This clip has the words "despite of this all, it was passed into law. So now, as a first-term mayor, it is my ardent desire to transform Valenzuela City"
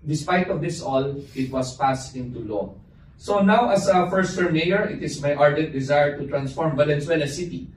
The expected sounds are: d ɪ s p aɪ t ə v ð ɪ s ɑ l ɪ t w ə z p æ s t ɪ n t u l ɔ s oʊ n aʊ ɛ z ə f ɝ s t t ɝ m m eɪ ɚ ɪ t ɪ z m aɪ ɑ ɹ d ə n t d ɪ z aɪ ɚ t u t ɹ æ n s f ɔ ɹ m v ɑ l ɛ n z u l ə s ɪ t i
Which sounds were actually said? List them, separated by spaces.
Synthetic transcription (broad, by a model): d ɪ s p aɪ t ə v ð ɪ s ɑ l ɪ t w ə s p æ s t ɪ n t u l ɔ s oʊ n aʊ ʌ s ə f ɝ s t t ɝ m m eɪ ɚ ɪ t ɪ s m aɪ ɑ ɹ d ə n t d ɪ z aɪ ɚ t u t ɹ æ n s f ɔ ɹ m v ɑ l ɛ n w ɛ l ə s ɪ t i